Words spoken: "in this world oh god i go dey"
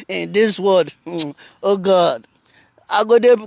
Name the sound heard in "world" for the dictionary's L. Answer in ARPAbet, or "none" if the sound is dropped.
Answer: none